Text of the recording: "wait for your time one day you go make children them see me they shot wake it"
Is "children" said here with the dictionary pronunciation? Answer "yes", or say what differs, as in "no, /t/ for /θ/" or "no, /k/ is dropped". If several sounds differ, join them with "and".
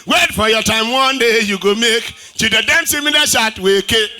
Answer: no, /l/ is dropped and /ɹ/ is dropped